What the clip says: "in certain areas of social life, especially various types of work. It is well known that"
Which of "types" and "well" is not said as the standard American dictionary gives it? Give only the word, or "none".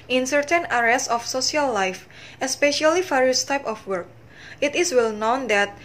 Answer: types